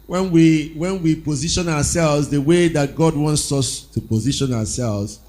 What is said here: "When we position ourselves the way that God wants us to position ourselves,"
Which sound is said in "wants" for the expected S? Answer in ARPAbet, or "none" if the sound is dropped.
S